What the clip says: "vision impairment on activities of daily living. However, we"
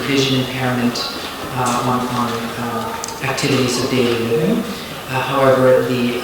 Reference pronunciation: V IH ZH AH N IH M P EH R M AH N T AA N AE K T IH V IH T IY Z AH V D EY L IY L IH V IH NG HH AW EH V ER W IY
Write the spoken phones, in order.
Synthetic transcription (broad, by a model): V IH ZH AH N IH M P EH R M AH N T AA N AE K T IH V IH T IY Z AH V D EY L IY L IH V IH NG HH AW EH V ER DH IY